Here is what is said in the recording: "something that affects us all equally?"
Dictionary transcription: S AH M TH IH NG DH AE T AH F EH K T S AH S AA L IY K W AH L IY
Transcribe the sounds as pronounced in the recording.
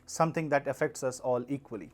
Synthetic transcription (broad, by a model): S AH M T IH NG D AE T AH F EH K T S AH S AA L IY K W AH L IY